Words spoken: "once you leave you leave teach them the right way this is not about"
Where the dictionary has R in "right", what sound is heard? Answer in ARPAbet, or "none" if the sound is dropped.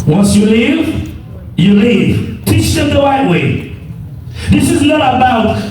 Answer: W